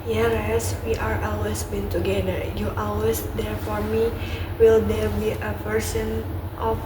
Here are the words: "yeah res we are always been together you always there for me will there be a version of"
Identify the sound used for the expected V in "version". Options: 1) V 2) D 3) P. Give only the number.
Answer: 3